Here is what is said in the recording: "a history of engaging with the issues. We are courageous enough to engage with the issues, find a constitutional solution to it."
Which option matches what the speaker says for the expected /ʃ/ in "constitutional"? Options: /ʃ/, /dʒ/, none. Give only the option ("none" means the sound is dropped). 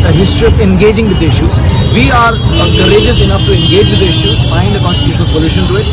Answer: /ʃ/